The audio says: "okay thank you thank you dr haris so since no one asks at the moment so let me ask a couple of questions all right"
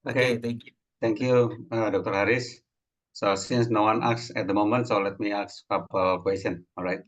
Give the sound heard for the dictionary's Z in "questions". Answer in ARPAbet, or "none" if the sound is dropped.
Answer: none